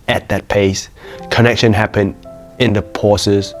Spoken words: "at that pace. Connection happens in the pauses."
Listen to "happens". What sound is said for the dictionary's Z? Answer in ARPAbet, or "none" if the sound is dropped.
none